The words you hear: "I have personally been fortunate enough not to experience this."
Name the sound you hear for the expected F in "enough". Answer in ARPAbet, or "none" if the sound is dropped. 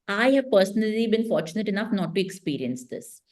F